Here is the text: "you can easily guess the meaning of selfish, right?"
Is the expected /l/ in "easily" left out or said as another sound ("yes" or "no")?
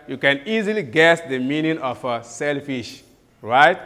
no